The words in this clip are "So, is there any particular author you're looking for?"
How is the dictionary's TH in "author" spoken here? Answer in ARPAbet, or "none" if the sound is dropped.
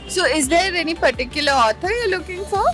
T